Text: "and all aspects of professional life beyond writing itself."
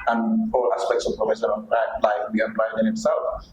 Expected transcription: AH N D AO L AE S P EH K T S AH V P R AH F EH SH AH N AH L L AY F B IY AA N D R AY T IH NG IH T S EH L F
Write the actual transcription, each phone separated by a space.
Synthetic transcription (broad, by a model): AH N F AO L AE S P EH K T S AH V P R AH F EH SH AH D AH N L AY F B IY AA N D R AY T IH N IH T S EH L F